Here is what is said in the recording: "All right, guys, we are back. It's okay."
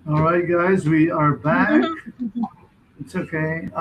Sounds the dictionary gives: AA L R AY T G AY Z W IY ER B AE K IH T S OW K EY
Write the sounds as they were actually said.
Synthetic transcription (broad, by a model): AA L R AY T G AY Z W IY ER B AE K IH T S OW K EY